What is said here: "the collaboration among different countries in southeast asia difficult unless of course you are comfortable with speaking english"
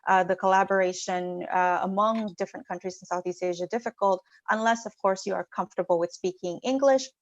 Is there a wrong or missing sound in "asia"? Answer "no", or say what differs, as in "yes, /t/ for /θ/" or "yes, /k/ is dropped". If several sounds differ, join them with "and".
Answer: no